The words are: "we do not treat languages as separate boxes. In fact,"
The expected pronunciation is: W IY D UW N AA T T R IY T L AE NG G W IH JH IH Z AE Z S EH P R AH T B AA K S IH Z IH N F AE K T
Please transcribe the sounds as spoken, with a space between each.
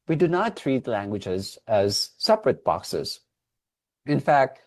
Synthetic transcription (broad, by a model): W IY D UW N AA T T R IY T L AE NG G W IH JH IH Z AE Z S EH P R AH T B AA K S IH Z IH N F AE K T